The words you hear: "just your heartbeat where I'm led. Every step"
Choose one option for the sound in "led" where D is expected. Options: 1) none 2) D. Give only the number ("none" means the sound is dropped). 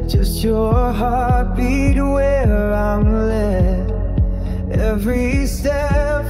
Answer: 1